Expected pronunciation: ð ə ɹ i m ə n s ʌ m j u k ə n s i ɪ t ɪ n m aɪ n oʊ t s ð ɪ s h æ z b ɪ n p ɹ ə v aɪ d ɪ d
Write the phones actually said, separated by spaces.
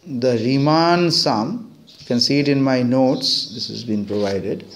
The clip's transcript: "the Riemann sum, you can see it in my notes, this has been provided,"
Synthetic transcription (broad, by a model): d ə ɹ i m ə n s ʌ m k ə n s i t ɪ n m aɪ n oʊ t s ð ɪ s h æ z b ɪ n p ɹ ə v aɪ d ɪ d